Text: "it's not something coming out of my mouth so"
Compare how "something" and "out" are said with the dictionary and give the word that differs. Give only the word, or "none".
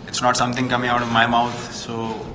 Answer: something